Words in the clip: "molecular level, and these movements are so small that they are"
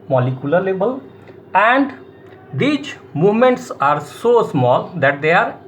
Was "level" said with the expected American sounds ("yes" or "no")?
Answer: no